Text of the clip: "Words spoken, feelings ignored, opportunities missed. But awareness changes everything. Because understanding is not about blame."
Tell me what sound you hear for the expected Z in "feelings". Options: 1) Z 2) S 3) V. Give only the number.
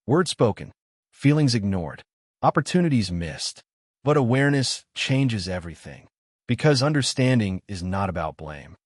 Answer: 1